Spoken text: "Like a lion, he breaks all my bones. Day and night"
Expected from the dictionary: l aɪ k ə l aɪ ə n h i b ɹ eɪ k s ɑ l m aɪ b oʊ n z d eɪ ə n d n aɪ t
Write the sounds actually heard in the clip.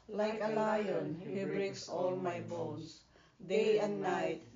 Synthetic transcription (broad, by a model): l aɪ k ə l aɪ ə n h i b ɹ eɪ k s ɑ l m aɪ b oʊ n s d eɪ ə n d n aɪ t